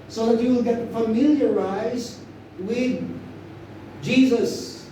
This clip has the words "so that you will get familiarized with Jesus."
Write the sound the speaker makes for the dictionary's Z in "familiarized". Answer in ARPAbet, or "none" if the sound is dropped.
Z